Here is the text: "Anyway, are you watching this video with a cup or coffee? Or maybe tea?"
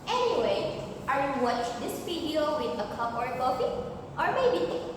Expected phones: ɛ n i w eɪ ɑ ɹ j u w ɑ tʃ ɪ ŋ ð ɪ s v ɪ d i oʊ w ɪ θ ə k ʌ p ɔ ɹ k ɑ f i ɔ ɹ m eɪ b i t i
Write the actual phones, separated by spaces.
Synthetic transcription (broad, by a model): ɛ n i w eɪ ɑ ɹ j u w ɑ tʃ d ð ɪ s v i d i oʊ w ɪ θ ə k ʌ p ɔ ɹ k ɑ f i ɔ ɹ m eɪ i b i